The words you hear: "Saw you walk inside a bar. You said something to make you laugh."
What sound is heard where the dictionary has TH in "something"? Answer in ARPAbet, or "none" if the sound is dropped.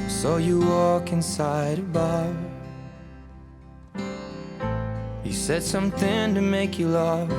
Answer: TH